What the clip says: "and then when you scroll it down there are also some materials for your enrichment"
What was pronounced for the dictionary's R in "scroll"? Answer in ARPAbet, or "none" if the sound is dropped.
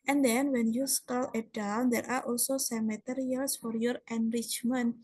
none